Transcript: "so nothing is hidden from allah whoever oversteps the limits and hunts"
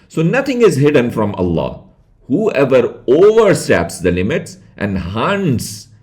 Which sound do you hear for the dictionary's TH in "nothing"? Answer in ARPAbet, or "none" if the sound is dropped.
T